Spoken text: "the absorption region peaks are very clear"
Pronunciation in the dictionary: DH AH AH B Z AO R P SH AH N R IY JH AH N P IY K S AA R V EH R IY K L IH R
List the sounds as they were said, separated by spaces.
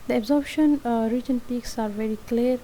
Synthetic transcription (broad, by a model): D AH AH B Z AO R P SH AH N R IY JH AH N P IY K S AA R V EH R IY K L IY R